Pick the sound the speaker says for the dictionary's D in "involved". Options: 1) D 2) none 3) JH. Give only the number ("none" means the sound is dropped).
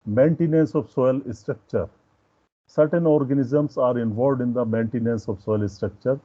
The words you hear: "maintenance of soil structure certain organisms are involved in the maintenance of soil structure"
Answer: 1